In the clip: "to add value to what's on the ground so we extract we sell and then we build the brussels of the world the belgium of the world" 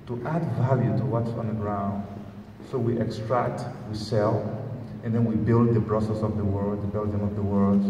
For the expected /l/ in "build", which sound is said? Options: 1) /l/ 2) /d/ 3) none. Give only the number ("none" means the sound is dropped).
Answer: 1